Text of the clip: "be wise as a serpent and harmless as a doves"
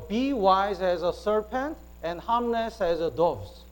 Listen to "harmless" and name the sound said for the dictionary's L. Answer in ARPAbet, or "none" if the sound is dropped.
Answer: N